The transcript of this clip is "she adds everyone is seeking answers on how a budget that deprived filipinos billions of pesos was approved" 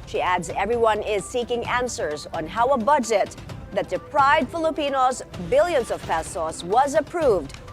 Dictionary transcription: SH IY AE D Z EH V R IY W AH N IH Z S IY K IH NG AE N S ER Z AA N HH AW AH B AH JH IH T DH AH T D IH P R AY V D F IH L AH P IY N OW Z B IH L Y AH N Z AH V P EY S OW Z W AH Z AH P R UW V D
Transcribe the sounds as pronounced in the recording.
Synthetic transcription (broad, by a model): SH IY AE D Z EH V R IY W AH N IH Z S IY K IH NG AE N S ER Z N HH AW AH B AH JH IH T DH AH T D IH P R AY V D F IH L AH P IY N OW Z B IH L Y AH N Z AH V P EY S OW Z W AH Z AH P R UW V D